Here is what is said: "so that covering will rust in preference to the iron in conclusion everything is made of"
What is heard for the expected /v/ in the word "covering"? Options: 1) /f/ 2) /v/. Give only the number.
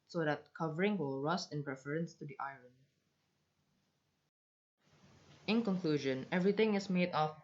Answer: 2